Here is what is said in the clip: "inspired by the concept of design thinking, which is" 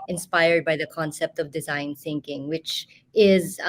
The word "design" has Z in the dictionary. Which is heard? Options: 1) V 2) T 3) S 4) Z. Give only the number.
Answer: 4